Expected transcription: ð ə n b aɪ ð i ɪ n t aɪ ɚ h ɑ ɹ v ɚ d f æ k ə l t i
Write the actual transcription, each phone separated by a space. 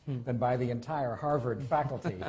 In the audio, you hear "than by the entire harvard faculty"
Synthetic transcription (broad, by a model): ð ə n b aɪ ð i ɪ n t aɪ ɚ h ɑ ɹ v ɚ d f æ k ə l t i